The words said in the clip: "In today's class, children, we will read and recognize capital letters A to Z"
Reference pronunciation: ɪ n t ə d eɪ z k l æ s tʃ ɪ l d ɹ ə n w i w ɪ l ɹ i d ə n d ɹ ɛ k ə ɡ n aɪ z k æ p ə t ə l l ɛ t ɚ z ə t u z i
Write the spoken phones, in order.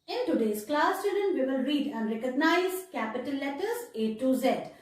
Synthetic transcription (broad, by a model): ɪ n t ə d eɪ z k l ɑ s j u d ə n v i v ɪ l ɹ i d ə n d ɹ ɛ k ə ɡ n aɪ z k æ p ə t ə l l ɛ t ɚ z ə t u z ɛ